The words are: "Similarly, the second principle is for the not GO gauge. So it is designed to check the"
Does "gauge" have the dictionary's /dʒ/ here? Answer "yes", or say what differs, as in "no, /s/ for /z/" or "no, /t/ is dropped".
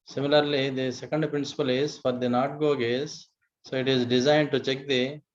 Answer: no, /z/ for /dʒ/